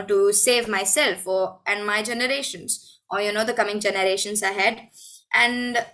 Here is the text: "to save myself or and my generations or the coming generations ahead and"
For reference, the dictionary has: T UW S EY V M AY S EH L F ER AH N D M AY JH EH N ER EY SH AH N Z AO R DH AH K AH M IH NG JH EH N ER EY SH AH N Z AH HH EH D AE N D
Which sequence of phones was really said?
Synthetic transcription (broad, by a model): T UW S EY V M AY S EH L F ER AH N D M AY JH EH N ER EY SH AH N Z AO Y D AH K AH M IH NG JH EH N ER EY SH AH N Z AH HH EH D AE N D